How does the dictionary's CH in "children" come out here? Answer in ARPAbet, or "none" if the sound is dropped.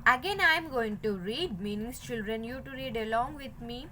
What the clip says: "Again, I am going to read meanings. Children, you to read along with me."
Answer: CH